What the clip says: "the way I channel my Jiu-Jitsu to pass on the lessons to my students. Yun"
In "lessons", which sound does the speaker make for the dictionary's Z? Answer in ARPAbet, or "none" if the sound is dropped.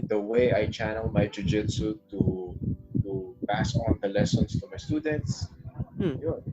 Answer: S